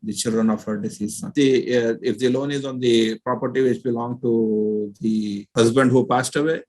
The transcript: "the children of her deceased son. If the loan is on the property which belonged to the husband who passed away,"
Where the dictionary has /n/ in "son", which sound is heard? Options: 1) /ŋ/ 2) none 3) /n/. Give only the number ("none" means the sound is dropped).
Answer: 2